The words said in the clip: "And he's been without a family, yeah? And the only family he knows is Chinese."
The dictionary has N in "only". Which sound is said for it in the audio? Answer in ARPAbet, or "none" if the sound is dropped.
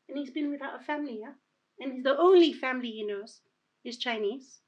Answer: N